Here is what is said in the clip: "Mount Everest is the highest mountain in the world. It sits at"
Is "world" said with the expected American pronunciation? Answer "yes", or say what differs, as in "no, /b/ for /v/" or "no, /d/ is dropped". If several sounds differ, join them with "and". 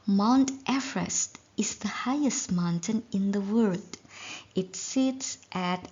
no, /l/ is dropped